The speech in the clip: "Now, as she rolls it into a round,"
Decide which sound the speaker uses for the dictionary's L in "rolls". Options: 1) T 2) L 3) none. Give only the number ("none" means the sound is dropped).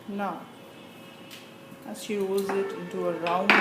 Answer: 3